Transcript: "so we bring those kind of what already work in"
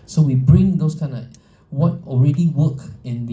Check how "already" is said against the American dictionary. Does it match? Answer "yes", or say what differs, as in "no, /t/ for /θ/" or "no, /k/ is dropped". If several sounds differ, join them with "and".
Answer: yes